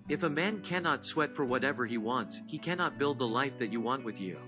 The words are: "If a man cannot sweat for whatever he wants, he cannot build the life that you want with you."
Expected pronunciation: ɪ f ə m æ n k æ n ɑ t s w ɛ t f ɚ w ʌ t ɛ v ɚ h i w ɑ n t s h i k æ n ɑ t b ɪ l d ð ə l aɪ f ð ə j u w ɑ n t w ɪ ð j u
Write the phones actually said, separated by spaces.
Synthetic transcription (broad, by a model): ɪ f ə m æ n k æ n ɑ t s w ɛ t f ɚ w ʌ t ɛ v ɚ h i w ɑ n t s h i k æ n ɑ t b ɪ l d ð ə l aɪ f ð ə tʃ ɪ w ɑ n t w ɪ ð j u